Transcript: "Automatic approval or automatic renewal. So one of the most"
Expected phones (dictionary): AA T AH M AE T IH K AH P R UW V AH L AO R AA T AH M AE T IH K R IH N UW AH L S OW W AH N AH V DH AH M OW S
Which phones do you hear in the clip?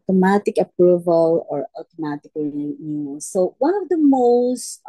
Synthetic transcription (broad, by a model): T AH M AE T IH K AH P R UW V AH L AO R AA T AH M AE T IH K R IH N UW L S OW W AH N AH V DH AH M OW S